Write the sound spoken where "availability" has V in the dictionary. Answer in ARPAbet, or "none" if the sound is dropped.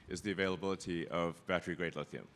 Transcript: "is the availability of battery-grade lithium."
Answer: V